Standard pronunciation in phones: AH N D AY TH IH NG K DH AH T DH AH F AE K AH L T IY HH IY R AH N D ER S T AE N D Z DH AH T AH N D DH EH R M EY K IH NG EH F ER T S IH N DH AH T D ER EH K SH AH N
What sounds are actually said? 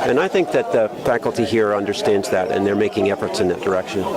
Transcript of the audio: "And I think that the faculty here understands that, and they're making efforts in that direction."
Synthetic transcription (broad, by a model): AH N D AY TH IH NG K DH AH T DH AH F AE K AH L T IY HH IY R AH N D ER S T AE N D Z DH AH T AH N DH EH R M EY K IH NG EH F ER T S IH N DH AH T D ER EH K SH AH N